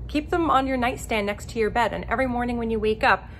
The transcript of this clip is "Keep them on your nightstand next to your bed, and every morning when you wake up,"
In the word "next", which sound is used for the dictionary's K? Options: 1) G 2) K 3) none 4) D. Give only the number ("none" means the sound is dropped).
2